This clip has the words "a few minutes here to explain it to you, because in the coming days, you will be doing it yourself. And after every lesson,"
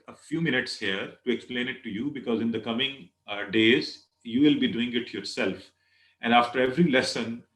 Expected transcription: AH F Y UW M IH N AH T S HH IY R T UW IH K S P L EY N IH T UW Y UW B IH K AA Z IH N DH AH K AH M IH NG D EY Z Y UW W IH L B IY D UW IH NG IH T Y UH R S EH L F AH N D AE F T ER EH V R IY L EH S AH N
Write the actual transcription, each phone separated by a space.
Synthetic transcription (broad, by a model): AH F Y UW M IH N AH T S HH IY R T UW IH K S P L EY N IH T UW Y UW B IH K AA Z IH N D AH K AH M IH NG D EY Z Y UW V IH L B IY D UW IH NG IH T Y UH R S EH L F AH N D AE F T ER EH V R IY L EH S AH N